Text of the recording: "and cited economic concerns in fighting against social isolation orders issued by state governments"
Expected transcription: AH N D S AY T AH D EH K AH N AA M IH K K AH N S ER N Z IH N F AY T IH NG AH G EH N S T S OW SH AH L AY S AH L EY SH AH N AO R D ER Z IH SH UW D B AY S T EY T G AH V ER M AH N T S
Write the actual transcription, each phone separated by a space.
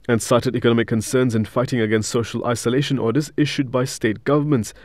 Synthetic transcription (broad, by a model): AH N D S AY T AH D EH K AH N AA M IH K K AH N S ER N Z IH N F AY T IH NG AH G EH N S T S OW SH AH L AY S AH L EY SH AH N AO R D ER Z IH SH UW D B AY S T EY T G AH V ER M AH N T S